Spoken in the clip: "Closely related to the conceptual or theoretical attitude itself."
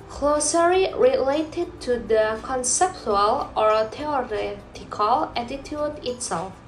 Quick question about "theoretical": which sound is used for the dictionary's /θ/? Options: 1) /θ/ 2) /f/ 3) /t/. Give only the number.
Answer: 3